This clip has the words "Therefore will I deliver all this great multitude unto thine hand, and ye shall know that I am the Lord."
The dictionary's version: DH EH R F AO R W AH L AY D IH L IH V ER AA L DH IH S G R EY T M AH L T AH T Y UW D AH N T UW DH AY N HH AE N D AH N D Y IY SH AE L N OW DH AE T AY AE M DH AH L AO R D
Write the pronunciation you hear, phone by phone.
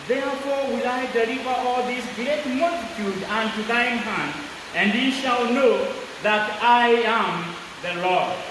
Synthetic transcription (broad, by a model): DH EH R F AO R W AH L AY D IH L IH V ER AA L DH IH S G R EY T M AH L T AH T Y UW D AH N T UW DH AY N HH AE N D AH N D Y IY SH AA L N OW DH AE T AY AE M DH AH L AO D